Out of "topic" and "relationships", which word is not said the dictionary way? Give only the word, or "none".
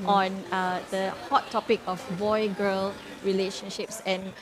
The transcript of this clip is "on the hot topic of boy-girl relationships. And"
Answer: none